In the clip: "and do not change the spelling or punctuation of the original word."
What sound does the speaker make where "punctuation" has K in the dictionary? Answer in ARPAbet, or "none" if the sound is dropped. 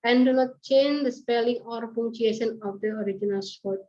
none